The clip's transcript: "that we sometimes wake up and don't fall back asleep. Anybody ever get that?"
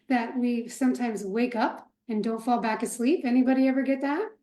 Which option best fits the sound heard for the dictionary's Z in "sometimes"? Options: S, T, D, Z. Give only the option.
Z